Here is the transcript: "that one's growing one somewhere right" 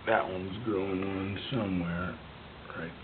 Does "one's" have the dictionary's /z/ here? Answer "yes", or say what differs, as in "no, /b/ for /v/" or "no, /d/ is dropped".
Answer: yes